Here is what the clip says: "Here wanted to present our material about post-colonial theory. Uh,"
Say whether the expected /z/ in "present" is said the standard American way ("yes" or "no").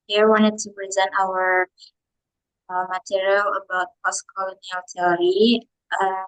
yes